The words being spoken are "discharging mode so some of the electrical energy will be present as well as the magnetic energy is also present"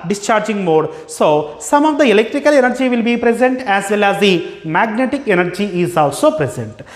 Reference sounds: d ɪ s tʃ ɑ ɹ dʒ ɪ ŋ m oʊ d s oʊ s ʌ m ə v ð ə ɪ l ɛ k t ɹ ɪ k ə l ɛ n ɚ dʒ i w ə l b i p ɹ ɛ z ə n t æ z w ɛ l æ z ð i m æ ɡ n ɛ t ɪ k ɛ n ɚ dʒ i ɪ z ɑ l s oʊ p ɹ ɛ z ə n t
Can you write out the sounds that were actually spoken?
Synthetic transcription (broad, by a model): d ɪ s tʃ ɑ ɹ dʒ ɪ ŋ m oʊ d s oʊ s ʌ m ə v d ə ɪ l ɛ k t ɹ ɪ k ə l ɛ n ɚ dʒ i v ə l b i p ɹ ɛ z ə n t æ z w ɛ l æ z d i m æ ɡ n ɛ t ɪ k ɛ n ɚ dʒ i ɪ z ɑ l s oʊ p ɹ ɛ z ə n t